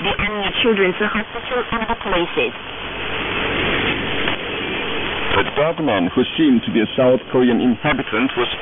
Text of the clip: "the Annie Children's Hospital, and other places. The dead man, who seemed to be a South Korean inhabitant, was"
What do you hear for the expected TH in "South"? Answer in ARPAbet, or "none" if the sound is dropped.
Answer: TH